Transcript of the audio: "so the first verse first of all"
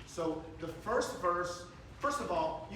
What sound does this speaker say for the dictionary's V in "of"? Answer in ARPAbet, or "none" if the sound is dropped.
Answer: V